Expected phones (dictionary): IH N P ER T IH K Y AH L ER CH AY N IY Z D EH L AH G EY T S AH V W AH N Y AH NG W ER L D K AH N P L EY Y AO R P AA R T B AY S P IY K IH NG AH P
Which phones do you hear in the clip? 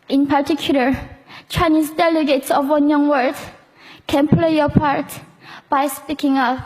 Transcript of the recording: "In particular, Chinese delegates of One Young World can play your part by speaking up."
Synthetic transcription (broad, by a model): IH N P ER T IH K Y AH L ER CH AY N IY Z D EH L AH G EY T S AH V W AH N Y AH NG W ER D K AH N P L EY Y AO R P AA R T B AY S P IY K IH NG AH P